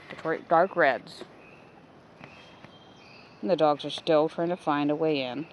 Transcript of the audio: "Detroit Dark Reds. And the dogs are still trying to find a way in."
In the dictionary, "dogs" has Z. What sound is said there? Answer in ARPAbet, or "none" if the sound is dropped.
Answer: Z